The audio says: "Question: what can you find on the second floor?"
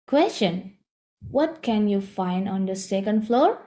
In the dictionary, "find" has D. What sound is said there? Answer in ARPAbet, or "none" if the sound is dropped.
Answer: D